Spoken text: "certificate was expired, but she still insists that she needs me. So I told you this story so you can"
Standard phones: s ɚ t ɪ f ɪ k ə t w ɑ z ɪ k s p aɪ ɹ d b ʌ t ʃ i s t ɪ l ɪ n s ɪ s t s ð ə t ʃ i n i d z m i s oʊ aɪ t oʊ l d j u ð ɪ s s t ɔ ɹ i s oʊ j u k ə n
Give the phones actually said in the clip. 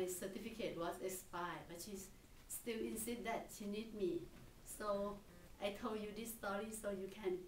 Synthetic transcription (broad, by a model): s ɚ t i f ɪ k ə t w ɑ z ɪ k s p aɪ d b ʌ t ʃ i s t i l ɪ n s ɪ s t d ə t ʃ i n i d m i s oʊ aɪ t oʊ l d j u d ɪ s s t ɔ ɹ i s oʊ j u k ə n